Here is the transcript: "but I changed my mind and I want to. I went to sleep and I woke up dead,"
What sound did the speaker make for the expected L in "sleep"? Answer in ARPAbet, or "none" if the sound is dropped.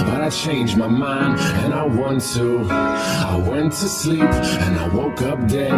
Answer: L